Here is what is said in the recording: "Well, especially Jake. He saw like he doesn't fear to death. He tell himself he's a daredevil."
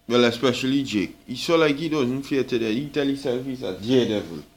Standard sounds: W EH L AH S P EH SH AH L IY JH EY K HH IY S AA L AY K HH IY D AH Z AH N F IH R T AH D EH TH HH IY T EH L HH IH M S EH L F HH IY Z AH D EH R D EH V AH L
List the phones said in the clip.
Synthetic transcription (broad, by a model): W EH L AH S P EH SH AH L IY JH EY K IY S AA L AY K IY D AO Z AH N F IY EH T AH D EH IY T EH L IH S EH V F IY S AH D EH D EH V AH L